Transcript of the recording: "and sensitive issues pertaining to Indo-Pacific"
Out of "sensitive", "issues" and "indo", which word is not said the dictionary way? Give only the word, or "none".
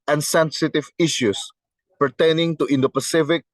issues